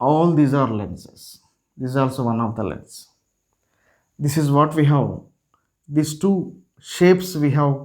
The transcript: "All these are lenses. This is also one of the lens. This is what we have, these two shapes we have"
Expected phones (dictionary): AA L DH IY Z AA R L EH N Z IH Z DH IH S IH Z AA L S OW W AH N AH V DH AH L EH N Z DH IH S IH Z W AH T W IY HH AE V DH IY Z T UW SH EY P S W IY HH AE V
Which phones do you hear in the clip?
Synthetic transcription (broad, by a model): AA L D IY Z AA R L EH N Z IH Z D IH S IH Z AA L S OW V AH N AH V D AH L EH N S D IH S IH Z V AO T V IY HH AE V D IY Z T UW SH EY P S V IY HH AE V